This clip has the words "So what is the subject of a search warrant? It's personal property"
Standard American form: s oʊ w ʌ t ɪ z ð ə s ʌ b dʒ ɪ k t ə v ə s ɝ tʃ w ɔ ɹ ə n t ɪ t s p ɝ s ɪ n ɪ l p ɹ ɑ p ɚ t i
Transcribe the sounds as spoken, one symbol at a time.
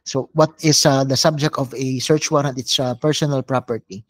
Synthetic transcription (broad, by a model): s oʊ w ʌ t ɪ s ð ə s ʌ b dʒ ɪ k t ə v ə s ɝ tʃ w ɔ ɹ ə t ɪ t s p ɝ s ɪ n ɪ l p ɹ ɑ p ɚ t i